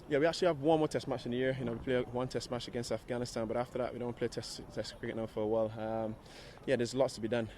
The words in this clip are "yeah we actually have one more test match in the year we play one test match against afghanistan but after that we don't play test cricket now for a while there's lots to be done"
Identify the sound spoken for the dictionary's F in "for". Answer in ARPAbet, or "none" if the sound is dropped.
F